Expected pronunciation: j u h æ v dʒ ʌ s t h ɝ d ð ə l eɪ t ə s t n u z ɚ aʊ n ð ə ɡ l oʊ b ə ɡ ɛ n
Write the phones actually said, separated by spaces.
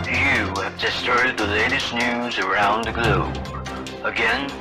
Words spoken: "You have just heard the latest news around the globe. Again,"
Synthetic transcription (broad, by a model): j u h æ v dʒ ʌ s t h ɝ d ð ə l eɪ t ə s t n u z ɚ aʊ n ð ə ɡ l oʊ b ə ɡ ɛ n